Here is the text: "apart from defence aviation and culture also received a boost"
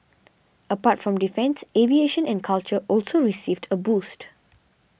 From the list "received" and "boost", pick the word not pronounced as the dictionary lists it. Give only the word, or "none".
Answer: none